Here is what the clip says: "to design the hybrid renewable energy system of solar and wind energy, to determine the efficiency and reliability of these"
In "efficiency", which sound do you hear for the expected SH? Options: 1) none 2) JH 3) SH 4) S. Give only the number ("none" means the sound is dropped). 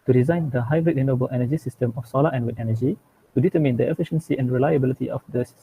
3